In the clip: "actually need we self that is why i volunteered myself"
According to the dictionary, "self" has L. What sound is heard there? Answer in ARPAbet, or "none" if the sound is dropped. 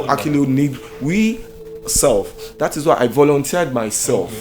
L